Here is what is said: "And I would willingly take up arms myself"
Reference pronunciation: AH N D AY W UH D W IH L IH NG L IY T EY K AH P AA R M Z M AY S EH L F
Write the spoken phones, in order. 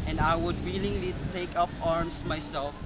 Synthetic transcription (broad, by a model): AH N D AY W UH D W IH L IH NG L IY T EY K AH P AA R M S M AY S EH L F